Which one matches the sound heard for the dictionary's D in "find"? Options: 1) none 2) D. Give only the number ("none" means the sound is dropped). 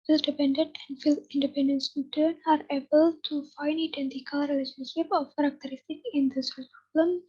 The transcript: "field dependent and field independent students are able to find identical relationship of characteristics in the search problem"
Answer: 1